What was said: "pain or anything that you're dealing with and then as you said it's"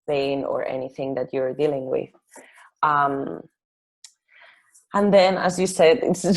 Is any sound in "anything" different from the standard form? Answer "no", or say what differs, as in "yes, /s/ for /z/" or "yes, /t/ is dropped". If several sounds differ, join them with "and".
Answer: no